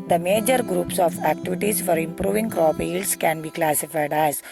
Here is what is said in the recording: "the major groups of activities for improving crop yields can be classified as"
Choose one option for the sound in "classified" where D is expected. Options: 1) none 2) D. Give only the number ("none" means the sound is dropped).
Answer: 2